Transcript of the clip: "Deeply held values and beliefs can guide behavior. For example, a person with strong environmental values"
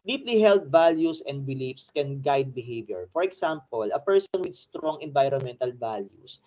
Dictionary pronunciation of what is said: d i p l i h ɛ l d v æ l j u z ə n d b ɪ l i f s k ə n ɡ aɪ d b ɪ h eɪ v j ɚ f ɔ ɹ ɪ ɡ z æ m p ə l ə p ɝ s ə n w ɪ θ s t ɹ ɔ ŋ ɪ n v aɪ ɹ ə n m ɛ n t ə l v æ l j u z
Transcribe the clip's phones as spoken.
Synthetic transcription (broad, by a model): d i p l i h ɛ l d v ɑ l j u s ə n d b ɪ l i f s k ə n ɡ aɪ d b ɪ h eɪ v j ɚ f ɔ ɹ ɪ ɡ s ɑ m p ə l ə p ɝ s ə n w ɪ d s t ɹ ɔ ŋ ɪ n v aɪ ɹ ə n m ɛ n t ə l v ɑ l j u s